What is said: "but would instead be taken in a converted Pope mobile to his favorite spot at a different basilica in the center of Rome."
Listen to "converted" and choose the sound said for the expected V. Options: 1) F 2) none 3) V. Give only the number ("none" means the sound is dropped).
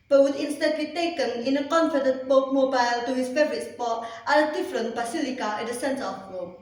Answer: 1